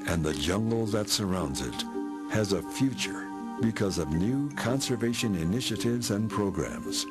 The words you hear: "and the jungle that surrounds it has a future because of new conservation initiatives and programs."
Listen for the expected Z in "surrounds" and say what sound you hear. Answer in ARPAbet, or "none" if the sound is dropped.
Z